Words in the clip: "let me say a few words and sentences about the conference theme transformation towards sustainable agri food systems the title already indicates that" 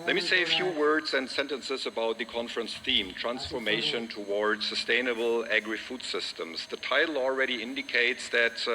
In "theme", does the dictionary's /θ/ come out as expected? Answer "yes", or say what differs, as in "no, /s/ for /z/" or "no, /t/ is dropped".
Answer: yes